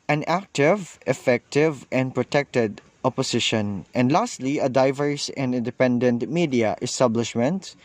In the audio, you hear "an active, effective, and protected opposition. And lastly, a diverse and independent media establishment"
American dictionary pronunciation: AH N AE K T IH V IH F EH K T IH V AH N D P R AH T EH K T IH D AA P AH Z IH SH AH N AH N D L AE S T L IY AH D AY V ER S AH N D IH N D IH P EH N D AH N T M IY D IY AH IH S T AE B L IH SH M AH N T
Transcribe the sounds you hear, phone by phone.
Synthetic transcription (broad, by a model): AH N AE K T IH V IH F EH K T IH V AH N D P R AH T EH K T IH D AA P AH S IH SH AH N AH N D L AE S T L IY AH D AY V ER S AH N D IH N D IH P EH N D AH N T M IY D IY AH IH S T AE B L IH SH M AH N T